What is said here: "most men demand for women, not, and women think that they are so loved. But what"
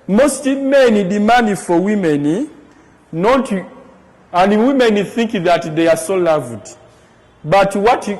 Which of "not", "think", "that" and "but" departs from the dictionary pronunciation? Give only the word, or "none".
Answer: none